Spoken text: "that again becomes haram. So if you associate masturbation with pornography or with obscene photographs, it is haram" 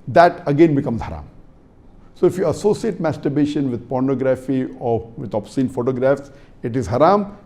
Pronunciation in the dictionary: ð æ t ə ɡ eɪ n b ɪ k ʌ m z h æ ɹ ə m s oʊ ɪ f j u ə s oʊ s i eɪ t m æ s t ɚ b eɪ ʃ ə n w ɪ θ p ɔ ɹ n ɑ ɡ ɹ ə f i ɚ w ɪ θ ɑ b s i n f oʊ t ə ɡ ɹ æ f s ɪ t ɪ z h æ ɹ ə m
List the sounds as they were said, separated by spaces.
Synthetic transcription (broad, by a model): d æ t ə ɡ eɪ n b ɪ k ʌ m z h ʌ ɹ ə m s oʊ ɪ f j u ə s oʊ s i eɪ t m æ s t ɚ b eɪ ʃ ə n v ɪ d p ɔ ɹ n ɑ ɡ ɹ ə f i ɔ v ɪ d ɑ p s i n f oʊ t ə ɡ ɹ æ f s ɪ t ɪ z h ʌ ɹ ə m